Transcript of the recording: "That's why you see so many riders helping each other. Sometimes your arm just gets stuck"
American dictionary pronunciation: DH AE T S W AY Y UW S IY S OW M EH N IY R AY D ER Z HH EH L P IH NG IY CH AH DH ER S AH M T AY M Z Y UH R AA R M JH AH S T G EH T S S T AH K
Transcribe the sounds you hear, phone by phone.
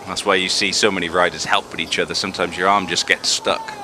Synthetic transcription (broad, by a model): DH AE T S W AY Y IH S IY S OW M EH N IY R AY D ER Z HH EH L P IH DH IY CH AH DH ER S AH M T AY M Z Y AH R AA R M JH AH S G EH T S S T AH K